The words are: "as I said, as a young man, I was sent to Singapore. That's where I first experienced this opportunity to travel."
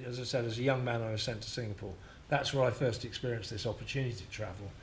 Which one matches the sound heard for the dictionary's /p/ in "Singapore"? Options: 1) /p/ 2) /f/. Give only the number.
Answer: 1